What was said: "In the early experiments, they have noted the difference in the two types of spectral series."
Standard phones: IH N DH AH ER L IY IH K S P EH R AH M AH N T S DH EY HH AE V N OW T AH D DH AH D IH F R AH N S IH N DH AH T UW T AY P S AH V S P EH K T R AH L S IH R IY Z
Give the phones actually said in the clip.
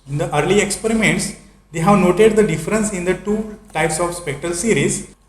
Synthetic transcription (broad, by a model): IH N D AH ER L IY IH K S P EH R AH M AH N T S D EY HH AE V N OW T AH D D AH D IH F R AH N S IH N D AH T UW T AY P S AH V S P EH K T R AH L S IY R IY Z